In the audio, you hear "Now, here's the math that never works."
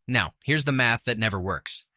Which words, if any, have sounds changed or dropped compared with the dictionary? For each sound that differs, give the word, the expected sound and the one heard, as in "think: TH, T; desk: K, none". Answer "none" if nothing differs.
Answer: none